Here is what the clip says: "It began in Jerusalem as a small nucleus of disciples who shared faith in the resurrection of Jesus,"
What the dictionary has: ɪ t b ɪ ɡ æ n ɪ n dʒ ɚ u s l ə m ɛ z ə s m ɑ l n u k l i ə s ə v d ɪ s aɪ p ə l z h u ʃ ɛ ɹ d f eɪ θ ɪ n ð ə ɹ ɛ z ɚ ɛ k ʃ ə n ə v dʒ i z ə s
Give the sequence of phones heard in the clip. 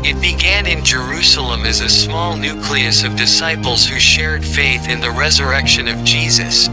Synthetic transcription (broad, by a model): ɪ t b ɪ ɡ æ n ɪ n dʒ ɚ u s l ə m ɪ z ə s m ɑ l n u k l i ə s ə v d ɪ s aɪ p l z h u ʃ ɛ ɹ d f eɪ θ ɪ n ð ə ɹ ɛ z ɚ ɛ k ʃ ə n ə v dʒ i z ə s